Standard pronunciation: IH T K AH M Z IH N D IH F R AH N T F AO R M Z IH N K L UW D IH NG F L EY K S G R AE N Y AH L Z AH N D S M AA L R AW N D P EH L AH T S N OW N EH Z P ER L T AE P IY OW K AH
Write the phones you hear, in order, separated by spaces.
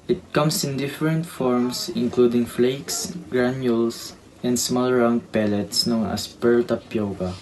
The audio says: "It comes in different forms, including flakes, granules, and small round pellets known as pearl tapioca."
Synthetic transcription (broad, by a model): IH T K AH M S IH N D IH F R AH N T F AO R M S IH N K L UW D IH NG F L EY K S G R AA N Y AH L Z AH N D S M AA L R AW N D P EH L AH T S N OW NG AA S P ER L T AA P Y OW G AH